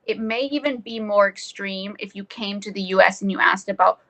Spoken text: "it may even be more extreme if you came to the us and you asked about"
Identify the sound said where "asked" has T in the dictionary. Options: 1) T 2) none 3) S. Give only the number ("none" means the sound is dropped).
1